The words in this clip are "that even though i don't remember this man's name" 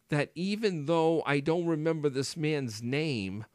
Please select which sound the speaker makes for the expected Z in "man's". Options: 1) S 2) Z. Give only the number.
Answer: 2